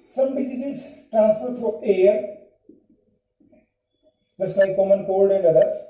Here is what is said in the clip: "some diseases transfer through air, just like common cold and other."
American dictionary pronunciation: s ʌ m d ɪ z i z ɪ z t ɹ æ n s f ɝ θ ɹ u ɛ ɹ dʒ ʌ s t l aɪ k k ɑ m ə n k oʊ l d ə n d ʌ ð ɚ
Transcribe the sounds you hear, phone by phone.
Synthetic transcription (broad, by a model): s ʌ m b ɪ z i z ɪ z t ɹ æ n s p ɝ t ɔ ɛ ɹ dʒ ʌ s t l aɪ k k ɑ m ə n k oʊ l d ə n d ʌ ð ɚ